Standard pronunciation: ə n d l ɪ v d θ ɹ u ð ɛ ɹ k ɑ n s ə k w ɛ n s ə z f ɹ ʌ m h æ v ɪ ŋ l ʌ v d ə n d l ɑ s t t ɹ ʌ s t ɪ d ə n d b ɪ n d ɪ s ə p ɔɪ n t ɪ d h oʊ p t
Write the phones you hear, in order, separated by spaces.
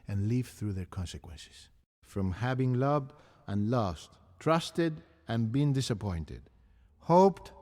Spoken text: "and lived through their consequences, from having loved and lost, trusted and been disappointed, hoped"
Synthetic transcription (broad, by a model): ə n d l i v θ ɹ u ð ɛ ɹ k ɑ n s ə k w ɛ n s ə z f ɹ ʌ m h æ v ɪ ŋ l ʌ v d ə n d l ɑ s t t ɹ ʌ s t ɪ d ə n b ɪ n d ɪ s ə p ɔɪ n t ɪ d h oʊ p t